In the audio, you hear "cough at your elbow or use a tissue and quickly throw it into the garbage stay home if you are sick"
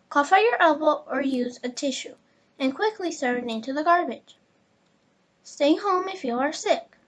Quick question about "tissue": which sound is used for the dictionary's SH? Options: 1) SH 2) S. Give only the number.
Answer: 1